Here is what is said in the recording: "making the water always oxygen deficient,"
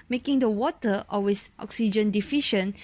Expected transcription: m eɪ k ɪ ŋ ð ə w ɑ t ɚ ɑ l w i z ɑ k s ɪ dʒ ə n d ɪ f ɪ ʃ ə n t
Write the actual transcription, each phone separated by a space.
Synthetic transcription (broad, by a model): m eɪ k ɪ ŋ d ə w ɑ t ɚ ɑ w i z ɑ k s ɪ dʒ ə n d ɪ f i ʃ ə n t